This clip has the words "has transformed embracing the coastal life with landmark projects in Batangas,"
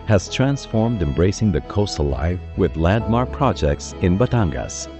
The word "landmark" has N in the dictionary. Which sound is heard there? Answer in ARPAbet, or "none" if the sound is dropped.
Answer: none